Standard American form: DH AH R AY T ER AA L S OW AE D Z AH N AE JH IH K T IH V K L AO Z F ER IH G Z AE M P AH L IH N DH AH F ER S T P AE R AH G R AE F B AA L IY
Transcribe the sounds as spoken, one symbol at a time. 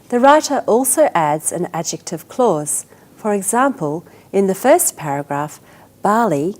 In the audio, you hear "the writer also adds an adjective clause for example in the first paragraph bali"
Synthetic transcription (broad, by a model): DH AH R AY T ER AA L S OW AE D Z AH N AE JH IH K T IH V K L AO Z F ER IH G Z AE M P AH L IH N DH AH F ER S P AE R AH G R AE F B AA L IY